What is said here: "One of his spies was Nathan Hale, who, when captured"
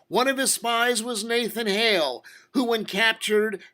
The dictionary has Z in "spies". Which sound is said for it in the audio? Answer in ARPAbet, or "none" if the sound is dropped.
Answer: Z